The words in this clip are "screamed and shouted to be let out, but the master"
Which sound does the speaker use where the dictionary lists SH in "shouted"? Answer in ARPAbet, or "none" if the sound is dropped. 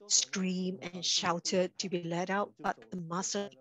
SH